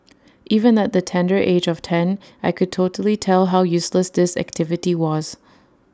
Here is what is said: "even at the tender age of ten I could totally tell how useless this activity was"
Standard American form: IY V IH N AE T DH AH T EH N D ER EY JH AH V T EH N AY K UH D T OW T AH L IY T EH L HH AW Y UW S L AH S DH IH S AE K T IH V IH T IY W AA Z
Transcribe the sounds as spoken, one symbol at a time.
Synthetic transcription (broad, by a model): IY V IH N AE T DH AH T EH N D ER EY JH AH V T EH N AY K UH D T OW T AH L IY T EH L HH AW Y UW S L AH S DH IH S AE K T IH V IH T IY W AA Z